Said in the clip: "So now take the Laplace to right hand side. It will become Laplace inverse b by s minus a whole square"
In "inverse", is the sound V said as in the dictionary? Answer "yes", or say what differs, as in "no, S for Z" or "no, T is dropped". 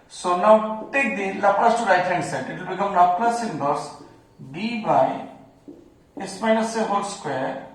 no, B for V